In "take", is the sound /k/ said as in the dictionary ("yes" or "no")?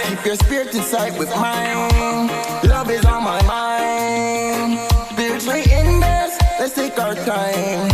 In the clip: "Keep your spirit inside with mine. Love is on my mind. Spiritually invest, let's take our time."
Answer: yes